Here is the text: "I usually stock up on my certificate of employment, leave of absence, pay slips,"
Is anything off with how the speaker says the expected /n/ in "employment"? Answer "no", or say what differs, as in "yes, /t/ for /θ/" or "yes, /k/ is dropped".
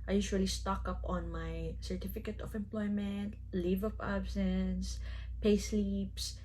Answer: no